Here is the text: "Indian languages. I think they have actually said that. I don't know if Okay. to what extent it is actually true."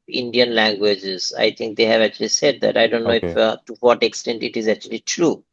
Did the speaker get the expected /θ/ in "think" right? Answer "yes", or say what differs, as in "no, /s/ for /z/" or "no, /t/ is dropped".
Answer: no, /t/ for /θ/